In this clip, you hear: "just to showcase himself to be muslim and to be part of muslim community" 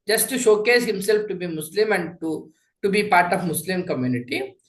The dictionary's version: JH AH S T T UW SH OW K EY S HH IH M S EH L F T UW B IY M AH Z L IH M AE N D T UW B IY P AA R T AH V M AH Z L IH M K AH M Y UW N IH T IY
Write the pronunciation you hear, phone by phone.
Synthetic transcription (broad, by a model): JH AH S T T UW SH OW K EY S HH IH M S EH L F T UW B IY M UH S L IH M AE N D T UW B IY P AA R T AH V M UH S L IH M K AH M Y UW N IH T IY